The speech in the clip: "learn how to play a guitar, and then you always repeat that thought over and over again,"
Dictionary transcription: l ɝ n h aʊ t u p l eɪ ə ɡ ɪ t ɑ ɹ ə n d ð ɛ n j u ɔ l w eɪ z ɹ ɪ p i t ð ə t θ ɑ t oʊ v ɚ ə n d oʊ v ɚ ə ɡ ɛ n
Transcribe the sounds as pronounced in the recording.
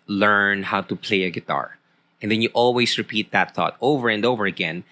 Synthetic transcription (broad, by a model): l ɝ n h aʊ t u p l eɪ ə ɡ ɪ t ɑ ɹ ə n d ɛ n j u ɔ l w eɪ s ɹ ɪ p i t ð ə t θ ɑ t oʊ v ɚ ə n d oʊ v ɚ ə ɡ ɛ n